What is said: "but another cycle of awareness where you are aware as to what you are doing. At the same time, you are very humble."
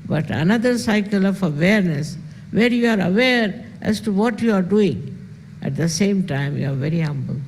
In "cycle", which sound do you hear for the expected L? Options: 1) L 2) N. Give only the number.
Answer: 1